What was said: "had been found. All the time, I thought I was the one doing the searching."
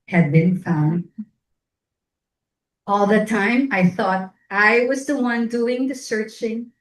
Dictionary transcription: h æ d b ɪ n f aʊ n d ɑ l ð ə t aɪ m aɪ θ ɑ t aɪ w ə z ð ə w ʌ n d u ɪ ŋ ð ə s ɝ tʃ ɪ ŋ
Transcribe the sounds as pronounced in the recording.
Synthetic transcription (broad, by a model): h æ d b ɪ n f aʊ n d ɑ l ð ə t aɪ m aɪ θ ɑ t aɪ w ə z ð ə w ʌ n d u ɪ ŋ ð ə s ɝ tʃ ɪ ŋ